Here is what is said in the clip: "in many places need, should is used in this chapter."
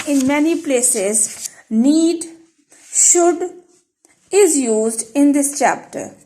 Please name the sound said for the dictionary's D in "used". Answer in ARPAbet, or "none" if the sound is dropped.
D